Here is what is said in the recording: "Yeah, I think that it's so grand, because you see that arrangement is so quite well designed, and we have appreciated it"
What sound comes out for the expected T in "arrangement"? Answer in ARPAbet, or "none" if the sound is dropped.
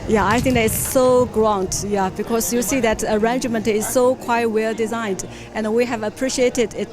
T